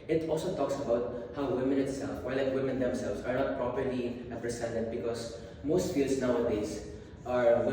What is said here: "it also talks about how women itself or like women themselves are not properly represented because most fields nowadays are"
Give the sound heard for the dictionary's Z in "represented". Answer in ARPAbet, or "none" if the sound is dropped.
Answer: S